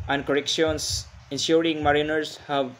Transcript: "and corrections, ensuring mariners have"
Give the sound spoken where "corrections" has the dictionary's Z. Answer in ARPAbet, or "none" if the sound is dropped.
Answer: S